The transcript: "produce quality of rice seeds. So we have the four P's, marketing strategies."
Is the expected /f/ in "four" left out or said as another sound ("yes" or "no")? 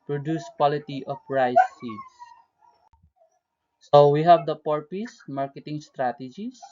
yes